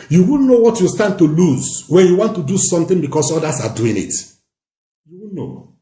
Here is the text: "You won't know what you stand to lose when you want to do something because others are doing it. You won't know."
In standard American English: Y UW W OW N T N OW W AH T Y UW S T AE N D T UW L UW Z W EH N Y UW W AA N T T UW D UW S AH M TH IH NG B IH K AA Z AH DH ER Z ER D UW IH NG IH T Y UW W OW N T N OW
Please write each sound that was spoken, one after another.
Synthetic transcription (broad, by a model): Y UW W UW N N OW W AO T Y UW S T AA N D T UW L UW Z W EH N Y UW W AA N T T UW D UW S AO M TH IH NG B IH K AA S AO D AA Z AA D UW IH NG IH T Y UW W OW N N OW